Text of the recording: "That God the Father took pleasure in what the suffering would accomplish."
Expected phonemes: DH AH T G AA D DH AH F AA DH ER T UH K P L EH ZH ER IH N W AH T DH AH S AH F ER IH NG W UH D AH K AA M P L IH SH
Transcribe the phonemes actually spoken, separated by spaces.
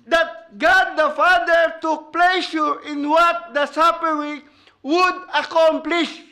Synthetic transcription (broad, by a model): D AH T G AA D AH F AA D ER T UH K P L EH SH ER IH N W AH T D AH S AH P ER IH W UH D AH K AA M P L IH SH